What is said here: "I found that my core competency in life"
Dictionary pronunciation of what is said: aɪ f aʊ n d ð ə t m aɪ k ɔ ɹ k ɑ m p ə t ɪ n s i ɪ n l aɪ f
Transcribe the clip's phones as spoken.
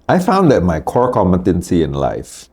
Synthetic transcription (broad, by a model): aɪ f aʊ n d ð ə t m aɪ k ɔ ɹ k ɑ m ə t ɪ n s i ɪ n l aɪ f